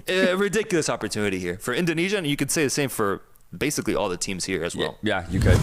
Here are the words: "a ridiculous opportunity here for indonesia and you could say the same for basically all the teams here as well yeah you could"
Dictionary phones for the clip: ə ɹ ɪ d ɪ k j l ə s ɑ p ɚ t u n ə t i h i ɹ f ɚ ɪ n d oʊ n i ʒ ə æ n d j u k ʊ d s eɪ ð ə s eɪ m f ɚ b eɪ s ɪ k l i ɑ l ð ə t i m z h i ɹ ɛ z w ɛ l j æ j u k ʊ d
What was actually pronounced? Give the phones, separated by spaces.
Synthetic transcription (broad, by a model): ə ɹ ɪ d ɪ k j l ə s ɑ p ɚ t u n ə t i h i ɹ f ɚ ɪ n d oʊ n i ʒ ə n j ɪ k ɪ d s eɪ ð ə s eɪ m f ɚ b eɪ s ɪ k l i ɑ l ð ə t i m z h i ɹ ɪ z w ɛ l j æ j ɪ k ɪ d